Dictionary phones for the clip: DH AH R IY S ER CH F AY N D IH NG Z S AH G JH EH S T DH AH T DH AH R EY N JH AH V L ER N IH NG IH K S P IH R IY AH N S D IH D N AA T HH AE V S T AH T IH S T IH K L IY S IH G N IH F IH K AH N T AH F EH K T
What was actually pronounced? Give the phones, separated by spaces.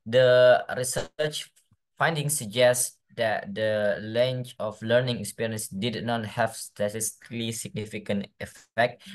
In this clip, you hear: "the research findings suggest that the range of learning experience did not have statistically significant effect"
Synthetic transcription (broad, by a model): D AH R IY S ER CH F AY N D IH NG S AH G JH EH S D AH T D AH L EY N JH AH F L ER N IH NG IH K S P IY R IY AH N S D IH D N AA T HH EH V S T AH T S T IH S L IY S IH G N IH F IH K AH N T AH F EH K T